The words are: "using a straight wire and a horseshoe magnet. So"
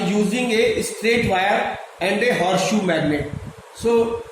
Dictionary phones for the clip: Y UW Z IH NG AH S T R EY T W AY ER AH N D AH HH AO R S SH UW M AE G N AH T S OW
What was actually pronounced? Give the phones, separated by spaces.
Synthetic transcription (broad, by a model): Y UW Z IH NG AH S T R EY T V AY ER AH N D AH HH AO R SH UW M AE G N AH T S OW